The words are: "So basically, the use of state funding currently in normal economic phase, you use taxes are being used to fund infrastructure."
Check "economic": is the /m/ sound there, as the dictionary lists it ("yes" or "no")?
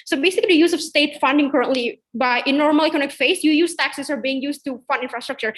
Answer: no